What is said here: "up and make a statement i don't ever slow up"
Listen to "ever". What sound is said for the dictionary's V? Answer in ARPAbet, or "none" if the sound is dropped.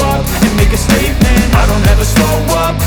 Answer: V